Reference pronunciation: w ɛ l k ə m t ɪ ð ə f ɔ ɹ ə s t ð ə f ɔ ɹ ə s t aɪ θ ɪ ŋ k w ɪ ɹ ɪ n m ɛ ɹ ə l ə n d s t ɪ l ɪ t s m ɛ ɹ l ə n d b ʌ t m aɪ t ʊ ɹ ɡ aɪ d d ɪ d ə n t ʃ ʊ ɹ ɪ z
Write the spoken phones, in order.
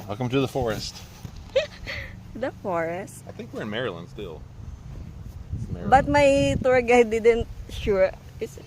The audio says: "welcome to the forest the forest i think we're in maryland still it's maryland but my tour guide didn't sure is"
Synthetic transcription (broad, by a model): w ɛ l k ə m t ɪ ð ə f ɔ ɹ ə s t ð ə f ɔ ɹ ə s t aɪ θ ɪ ŋ k w ɪ ɹ ɪ n m ɛ ɹ ə l ə n d s t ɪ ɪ l b ʌ t m aɪ t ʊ ɹ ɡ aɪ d d ɪ d ə n t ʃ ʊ ɹ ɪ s